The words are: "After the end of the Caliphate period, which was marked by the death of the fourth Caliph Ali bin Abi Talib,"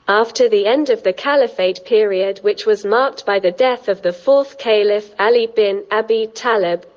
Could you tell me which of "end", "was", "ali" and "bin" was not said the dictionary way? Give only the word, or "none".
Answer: none